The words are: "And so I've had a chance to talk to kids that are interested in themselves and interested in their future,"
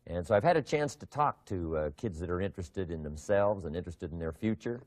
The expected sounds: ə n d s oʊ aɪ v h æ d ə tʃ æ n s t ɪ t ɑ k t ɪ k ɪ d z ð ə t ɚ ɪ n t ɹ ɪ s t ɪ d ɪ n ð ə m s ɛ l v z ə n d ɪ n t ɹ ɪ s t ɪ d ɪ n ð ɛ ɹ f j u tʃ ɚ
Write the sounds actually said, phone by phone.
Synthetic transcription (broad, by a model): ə n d s oʊ aɪ v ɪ d ə tʃ æ n s t ɪ t ɑ k t ɪ k ɪ d z ð ə t ɚ ɪ n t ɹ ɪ s t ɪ d ɪ n ð ə m s ɛ l v z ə n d ɪ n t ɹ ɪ s t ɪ d n ð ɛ ɹ f j u tʃ ɚ